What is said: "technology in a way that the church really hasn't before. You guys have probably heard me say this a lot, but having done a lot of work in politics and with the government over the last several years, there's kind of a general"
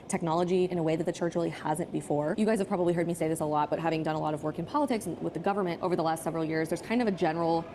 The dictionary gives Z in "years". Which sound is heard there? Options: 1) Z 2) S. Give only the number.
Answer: 1